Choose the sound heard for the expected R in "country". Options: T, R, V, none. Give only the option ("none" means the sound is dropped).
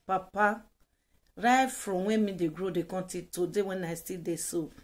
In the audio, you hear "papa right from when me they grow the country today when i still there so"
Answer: none